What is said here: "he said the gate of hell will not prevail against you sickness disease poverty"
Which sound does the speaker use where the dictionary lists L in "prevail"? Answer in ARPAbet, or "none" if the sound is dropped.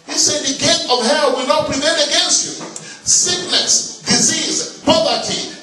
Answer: N